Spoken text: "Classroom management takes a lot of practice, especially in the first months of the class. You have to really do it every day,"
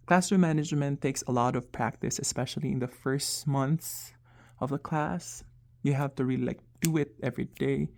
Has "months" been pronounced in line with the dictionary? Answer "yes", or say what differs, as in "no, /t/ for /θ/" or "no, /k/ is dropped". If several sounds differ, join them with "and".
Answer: yes